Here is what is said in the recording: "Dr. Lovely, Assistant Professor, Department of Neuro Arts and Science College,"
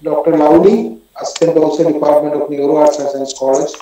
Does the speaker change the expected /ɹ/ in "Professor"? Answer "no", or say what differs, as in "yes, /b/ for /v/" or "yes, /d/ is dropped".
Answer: yes, /ɹ/ is dropped